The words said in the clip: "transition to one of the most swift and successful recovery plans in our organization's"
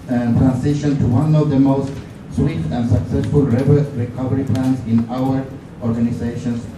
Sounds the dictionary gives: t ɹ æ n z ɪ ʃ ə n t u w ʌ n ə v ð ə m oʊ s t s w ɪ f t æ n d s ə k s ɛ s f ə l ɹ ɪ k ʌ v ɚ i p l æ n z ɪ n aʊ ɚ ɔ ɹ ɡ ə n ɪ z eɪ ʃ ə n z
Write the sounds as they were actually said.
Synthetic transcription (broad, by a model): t ɹ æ n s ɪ ʃ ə n t u w ʌ n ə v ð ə m oʊ s t s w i t æ n d s ə k s ɛ s f ə l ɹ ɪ k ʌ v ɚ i p l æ n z ɪ n aʊ ɚ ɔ ɹ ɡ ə n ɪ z eɪ ʃ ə n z